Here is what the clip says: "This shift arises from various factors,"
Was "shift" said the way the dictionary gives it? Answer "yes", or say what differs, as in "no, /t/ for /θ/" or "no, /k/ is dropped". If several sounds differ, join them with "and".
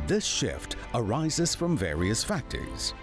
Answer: yes